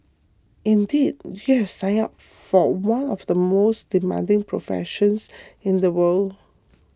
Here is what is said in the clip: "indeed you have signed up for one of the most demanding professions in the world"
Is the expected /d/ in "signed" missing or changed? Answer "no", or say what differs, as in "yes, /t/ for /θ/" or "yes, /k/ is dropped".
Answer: yes, /d/ is dropped